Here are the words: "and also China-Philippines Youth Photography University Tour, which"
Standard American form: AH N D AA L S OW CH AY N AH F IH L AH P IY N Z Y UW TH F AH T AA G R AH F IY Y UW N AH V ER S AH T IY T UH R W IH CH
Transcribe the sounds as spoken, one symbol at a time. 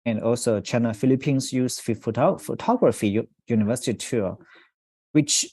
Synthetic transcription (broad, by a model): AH N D AA L S OW CH AY N AH F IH L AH P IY N S Y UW F F AH T AA G R AH F IY Y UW N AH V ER S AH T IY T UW W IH CH